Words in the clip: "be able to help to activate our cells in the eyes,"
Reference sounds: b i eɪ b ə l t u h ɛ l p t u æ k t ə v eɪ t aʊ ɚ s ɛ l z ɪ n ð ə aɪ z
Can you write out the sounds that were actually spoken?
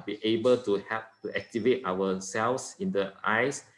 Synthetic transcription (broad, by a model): b i eɪ b ə l t u h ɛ p t u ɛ k t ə v eɪ t aʊ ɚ s ɛ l s ɪ n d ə aɪ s